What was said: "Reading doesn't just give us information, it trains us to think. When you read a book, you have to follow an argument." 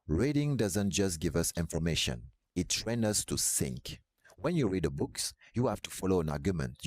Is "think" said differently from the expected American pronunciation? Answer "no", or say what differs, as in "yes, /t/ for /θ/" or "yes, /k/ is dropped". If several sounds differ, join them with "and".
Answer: yes, /s/ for /θ/